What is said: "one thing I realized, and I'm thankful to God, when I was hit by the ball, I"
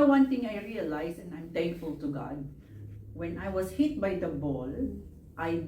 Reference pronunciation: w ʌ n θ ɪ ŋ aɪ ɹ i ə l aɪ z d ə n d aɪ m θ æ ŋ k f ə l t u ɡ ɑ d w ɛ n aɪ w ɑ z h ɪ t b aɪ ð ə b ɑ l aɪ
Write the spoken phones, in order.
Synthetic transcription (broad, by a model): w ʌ n t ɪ ŋ aɪ ɹ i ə l aɪ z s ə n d aɪ m t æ ŋ k f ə l t u ɡ ɑ d w ɛ n aɪ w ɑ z h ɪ t b aɪ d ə b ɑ l aɪ